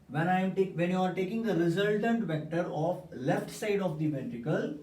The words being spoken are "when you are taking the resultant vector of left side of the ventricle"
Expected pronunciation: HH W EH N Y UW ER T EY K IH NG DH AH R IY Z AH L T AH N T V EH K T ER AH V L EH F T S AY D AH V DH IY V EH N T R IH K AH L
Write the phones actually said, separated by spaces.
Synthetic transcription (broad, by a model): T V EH N Y UW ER T EY K IH NG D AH R IY Z AH L T AH N T V EH K T ER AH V L EH F T S AY D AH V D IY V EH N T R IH K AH L